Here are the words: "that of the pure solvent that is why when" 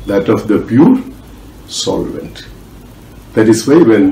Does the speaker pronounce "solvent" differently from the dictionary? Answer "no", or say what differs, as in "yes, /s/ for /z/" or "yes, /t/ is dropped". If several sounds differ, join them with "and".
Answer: no